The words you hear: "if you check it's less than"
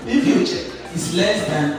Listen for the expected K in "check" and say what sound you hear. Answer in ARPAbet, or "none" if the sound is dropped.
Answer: none